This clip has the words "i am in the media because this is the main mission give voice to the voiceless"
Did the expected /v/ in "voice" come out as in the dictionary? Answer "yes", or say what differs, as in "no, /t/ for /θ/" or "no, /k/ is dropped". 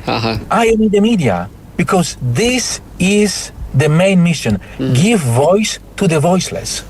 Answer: yes